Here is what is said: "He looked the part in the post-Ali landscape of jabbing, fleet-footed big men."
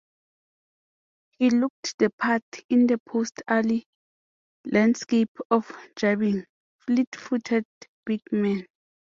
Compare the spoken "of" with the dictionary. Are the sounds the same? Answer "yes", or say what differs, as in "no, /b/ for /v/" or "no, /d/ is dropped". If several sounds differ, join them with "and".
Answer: no, /f/ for /v/